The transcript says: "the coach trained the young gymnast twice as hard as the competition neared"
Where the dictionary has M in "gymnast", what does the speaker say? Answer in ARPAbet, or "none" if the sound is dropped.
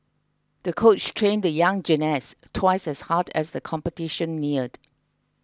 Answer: none